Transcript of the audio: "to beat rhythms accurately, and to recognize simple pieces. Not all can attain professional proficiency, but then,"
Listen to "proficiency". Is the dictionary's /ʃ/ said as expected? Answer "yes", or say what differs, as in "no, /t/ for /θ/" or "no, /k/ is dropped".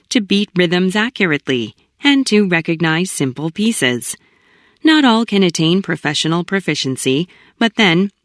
yes